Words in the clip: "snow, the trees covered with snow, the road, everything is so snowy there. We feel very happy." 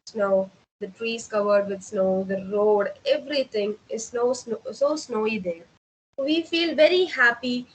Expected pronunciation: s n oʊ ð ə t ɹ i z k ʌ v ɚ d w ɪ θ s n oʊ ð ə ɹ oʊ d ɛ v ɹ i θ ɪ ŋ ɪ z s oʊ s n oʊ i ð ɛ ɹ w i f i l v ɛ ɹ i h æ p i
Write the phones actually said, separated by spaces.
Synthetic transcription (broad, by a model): s n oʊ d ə t ɹ i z k ʌ v ɚ d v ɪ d s n oʊ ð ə ɹ oʊ d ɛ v ɹ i t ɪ ŋ ɪ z s oʊ s n oʊ i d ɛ ɹ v i f i l v ɛ ɹ i h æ p i